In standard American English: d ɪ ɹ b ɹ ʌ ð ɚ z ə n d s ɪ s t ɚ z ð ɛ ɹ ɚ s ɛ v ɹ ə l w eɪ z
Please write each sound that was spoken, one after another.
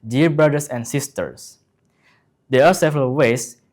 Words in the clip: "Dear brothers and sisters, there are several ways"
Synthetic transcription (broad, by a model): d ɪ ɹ b ɹ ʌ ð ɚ s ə n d s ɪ s t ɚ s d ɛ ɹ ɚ s ɛ v ɹ ə l w eɪ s